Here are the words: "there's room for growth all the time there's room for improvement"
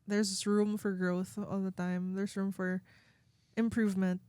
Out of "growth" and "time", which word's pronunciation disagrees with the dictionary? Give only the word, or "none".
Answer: none